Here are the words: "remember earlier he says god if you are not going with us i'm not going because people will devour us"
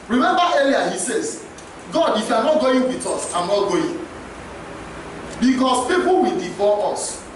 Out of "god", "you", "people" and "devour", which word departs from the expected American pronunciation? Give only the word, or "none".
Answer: devour